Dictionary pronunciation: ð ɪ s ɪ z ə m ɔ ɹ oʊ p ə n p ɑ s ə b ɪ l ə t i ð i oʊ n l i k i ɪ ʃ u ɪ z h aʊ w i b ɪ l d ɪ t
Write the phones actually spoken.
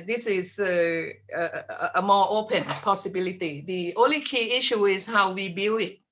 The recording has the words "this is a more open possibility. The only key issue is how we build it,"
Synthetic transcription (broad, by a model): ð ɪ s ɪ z ə m ɔ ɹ oʊ p ə n p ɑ s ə b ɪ l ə t i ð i oʊ n l i k i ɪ ʃ u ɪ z h aʊ w i b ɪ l ɪ t